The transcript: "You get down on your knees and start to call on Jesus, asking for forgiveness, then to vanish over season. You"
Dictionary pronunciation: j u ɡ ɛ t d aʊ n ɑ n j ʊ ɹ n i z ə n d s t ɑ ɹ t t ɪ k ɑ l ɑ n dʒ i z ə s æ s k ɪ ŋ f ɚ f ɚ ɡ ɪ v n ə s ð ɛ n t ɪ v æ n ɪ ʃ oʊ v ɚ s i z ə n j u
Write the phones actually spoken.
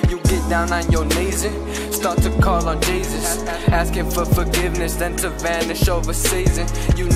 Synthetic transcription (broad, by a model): j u ɡ ɛ t d aʊ n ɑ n j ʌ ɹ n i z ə s t ɑ ɹ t t ɪ k ɑ l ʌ n dʒ i z ə s æ s k ɪ ŋ f ɚ f ɚ ɡ ɪ v n ə s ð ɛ n t ɪ v æ n ɪ ʃ oʊ v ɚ s i z ə n j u